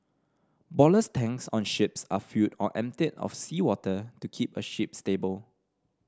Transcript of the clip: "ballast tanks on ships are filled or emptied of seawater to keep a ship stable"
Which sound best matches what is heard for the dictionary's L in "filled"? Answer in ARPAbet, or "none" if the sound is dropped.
none